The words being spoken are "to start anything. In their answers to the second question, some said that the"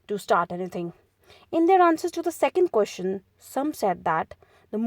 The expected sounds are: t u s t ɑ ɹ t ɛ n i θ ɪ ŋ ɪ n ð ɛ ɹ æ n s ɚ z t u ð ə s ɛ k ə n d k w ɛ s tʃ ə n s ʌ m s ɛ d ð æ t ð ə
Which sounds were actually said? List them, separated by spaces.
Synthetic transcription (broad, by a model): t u s t ɑ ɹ t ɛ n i t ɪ ŋ ɪ n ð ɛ ɹ æ n s ɚ z t u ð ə s ɛ k ə n d k w ɛ s tʃ ə n s ʌ m s ɛ d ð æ t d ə